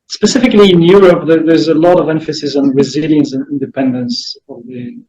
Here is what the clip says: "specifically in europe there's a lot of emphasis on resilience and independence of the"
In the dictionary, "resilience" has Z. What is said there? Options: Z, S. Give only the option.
Z